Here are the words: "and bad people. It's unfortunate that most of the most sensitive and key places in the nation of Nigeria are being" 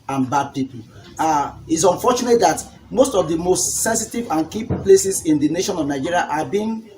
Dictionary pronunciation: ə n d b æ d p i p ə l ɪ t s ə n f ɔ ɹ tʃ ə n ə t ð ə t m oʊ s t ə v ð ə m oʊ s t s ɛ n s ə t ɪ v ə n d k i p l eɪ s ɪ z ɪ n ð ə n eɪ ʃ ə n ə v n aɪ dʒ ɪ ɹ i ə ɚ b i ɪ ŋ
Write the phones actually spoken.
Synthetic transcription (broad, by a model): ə n b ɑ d p i p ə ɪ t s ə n f ɔ tʃ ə n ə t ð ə t m oʊ s t ə v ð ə m oʊ s t s ɛ n s ə t ɪ v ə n k i p l eɪ s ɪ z ɪ n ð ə n eɪ ʃ ə n ə v n aɪ dʒ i ɹ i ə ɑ b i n